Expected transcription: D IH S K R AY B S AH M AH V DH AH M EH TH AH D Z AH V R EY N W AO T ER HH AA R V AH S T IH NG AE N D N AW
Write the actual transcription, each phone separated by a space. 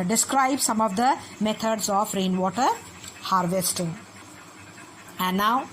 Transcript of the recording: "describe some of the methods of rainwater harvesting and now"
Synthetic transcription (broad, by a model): D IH S K R AY B S AH M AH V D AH M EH T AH D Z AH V R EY N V AO T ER HH AA R V AH S T IH NG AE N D N AW